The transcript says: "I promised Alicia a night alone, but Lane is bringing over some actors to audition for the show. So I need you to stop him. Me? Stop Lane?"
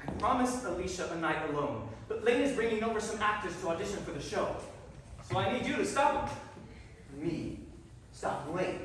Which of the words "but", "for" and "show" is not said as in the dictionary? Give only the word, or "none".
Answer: none